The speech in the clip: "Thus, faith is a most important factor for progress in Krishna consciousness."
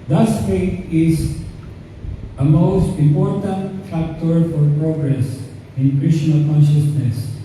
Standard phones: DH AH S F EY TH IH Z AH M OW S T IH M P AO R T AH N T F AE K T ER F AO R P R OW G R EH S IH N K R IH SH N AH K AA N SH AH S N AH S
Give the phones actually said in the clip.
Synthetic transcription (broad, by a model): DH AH S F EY T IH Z AH M OW S T IH M P AO R T AH N T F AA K T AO F AO R P R OW G R EH S IH N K R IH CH N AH K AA N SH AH S N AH S